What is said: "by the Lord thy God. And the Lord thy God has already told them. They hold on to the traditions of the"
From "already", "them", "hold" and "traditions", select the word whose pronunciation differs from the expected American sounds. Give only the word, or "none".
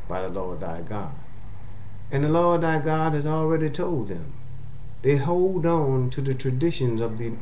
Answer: none